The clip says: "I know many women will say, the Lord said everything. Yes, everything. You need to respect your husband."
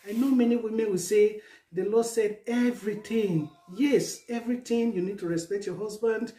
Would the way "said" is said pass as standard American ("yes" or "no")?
yes